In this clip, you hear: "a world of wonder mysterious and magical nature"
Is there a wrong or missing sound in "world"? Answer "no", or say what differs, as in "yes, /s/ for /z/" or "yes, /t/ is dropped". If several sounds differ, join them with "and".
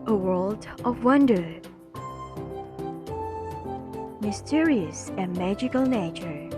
no